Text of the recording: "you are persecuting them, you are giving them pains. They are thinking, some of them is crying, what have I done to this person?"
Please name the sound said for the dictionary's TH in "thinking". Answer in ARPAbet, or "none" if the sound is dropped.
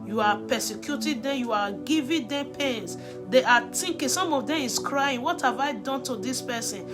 T